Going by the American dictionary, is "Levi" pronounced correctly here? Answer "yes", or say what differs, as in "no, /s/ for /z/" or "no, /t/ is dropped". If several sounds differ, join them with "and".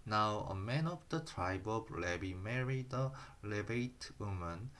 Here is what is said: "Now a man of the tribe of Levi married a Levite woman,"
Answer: no, /b/ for /v/